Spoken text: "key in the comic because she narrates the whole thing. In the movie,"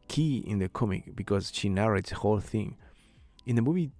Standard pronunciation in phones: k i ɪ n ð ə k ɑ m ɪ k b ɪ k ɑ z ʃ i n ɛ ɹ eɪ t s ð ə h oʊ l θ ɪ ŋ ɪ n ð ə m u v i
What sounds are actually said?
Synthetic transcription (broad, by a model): k i ɪ n ð ə k ɑ m ɪ k b ɪ k ɑ z ʃ i n ɛ ɹ eɪ t s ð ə h oʊ l θ ɪ ŋ ɪ n ð ə m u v i